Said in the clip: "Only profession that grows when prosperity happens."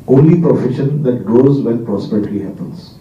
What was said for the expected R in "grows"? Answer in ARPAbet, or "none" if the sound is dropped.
none